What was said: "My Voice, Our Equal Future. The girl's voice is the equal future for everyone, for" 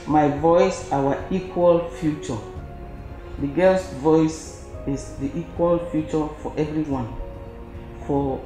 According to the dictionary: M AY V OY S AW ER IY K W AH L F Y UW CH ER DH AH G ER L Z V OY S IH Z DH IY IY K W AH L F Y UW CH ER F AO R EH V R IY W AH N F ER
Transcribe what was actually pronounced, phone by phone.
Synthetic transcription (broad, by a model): M AY V OY S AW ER IY K W AH L F Y UW CH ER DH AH G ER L S V OY S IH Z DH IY IY K W AH L F Y UW CH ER F AO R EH V R IY W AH N F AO